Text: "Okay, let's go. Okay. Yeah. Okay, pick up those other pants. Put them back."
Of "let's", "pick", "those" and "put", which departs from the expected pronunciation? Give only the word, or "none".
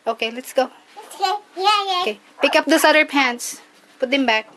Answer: those